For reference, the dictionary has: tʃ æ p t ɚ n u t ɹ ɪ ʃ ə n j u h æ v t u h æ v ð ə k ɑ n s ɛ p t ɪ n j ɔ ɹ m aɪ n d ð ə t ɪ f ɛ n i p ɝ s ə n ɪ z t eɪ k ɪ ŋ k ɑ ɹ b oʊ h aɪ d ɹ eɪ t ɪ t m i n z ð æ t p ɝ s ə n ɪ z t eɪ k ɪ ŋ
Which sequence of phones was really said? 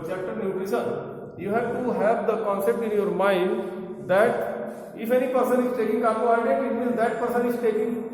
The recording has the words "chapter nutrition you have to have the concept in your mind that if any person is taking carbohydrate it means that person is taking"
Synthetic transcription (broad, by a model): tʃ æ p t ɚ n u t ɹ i s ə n j u h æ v t u h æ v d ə k ɑ n s ɛ p t ɪ n j ɔ ɹ m aɪ n d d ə t ɪ f ɛ n i p ɝ s ə n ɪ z t eɪ k ɪ ŋ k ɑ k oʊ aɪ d eɪ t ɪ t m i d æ t p ɝ s ə n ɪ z t eɪ k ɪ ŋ